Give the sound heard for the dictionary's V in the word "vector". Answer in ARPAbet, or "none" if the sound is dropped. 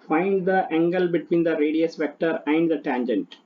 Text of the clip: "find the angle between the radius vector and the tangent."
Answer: V